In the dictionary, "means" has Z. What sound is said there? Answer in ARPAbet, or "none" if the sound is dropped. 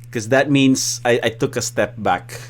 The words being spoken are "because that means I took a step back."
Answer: S